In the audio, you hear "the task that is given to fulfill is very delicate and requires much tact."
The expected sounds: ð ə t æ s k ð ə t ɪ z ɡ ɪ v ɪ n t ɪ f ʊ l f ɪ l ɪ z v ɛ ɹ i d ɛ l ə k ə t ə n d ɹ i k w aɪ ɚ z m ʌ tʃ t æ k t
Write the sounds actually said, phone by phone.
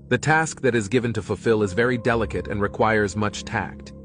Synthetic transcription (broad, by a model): ð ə t æ s k ð ə t ɪ z ɡ ɪ v ɪ n t ɪ f ʊ l f ɪ l ɪ z v ɛ ɹ i d ɛ l ə k ə t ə n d ɹ i k w aɪ ɚ z m ʌ tʃ t æ k t